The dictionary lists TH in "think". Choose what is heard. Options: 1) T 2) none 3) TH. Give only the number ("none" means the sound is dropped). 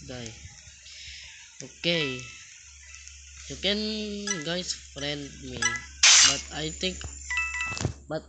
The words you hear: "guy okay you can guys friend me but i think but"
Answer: 1